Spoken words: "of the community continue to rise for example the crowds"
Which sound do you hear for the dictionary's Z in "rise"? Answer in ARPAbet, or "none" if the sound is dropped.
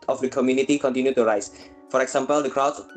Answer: S